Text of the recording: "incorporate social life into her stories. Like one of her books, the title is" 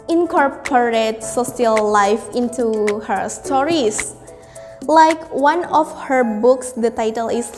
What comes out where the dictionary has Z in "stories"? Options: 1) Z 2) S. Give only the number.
2